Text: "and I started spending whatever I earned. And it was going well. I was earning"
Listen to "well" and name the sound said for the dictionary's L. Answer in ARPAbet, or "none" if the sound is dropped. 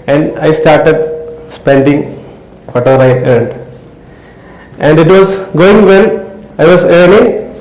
N